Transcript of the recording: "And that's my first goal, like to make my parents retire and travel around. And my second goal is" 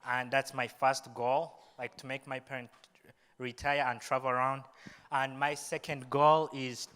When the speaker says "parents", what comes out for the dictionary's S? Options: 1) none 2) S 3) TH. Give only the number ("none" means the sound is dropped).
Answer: 1